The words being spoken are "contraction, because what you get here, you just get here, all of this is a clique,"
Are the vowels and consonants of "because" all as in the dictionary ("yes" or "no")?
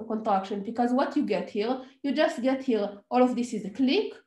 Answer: yes